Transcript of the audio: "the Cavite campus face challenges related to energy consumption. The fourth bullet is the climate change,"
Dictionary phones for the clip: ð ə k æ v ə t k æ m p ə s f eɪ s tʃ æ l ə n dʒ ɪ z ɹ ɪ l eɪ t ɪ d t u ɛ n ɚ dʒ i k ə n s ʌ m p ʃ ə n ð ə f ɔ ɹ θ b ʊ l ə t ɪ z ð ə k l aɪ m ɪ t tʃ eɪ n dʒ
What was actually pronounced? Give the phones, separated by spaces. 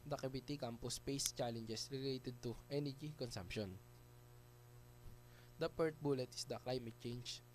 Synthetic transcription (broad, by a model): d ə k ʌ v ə t k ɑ m p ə s p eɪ s tʃ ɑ l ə n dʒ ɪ s ɹ ɪ l eɪ t ɪ d t u ɛ n ɚ dʒ i k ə n s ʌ m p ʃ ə n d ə p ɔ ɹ t b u l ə t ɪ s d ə k l aɪ m ɪ t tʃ eɪ n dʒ